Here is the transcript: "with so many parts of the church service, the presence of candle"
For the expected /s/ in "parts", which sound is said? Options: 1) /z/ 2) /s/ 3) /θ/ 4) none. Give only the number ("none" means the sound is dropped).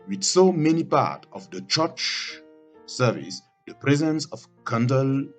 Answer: 4